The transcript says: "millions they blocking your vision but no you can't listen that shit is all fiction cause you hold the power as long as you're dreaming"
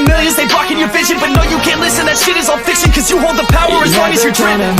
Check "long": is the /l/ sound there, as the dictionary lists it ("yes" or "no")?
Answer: no